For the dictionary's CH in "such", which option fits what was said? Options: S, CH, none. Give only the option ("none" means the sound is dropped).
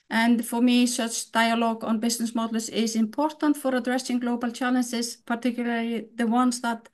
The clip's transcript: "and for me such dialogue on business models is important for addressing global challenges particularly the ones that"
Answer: CH